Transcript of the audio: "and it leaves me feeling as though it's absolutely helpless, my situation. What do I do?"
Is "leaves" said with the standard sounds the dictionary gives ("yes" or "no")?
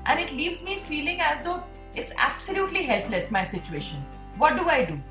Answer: yes